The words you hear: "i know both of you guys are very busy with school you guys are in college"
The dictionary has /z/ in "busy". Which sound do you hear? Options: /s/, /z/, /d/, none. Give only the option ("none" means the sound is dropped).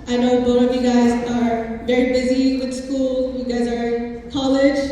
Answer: /z/